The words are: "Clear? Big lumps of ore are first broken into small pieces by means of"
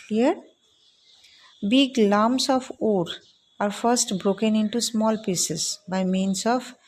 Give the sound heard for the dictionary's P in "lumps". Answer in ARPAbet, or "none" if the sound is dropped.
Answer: none